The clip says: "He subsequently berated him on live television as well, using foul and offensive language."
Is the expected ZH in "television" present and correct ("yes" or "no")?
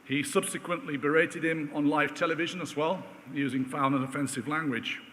yes